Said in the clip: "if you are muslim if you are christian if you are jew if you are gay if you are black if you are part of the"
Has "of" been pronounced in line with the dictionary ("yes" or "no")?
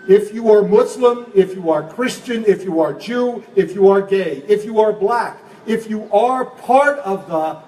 yes